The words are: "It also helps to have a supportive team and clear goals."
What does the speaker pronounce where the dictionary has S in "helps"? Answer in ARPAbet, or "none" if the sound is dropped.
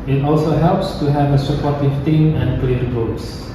S